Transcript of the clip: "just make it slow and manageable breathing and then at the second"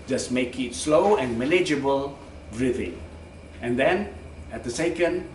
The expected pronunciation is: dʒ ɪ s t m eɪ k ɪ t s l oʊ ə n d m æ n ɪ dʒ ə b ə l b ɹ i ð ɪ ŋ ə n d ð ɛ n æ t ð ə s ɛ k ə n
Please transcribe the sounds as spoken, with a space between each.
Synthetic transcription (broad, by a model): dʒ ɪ s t m eɪ k ɪ t s l oʊ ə n m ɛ l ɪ dʒ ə b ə l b ɹ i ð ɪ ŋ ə n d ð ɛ n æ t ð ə s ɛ k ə n